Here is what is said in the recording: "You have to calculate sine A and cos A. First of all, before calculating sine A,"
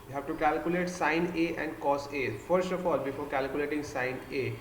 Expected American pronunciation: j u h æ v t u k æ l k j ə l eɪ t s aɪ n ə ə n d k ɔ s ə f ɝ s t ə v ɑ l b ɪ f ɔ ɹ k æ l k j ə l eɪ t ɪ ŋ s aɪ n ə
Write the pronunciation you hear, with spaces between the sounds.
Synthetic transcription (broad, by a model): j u h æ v t u k æ l k j ə l eɪ t s aɪ n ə ə n d k ɔ s ə f ɝ s t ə f ɑ l b ɪ f ɔ ɹ k æ l k j ə l eɪ t ɪ ŋ s aɪ n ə